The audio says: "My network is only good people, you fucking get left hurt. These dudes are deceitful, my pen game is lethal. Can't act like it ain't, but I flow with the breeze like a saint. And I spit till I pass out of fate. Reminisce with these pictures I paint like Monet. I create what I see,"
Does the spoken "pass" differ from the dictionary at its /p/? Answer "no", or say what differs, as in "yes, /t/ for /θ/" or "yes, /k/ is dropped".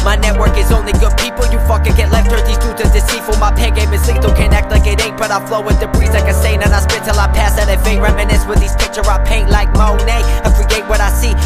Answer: no